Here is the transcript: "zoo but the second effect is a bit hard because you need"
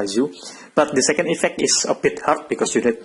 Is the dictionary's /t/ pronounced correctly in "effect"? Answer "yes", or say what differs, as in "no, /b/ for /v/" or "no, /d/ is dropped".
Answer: yes